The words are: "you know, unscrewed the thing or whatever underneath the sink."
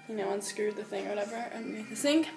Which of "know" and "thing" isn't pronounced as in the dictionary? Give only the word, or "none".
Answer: none